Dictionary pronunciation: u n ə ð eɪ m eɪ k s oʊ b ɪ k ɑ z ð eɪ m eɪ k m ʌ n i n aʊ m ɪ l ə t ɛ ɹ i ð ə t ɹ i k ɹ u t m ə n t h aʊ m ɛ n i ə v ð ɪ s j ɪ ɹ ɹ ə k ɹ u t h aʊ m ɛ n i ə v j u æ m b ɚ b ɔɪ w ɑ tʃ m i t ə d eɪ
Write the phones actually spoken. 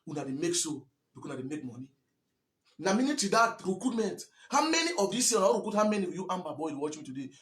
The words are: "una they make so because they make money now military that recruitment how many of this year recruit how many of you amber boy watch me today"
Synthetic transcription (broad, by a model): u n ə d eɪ m eɪ k s oʊ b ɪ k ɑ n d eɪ m eɪ k m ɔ n i n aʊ m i n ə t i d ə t ɹ i k ɹ u t m ə n t h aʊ m ɛ n i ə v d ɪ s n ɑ w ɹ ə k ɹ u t h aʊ m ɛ n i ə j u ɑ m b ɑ b ɔɪ w ɑ tʃ m i t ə d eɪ